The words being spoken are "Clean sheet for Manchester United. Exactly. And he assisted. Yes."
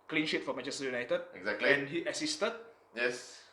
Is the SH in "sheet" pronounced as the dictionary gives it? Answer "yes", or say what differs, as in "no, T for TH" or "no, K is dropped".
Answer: yes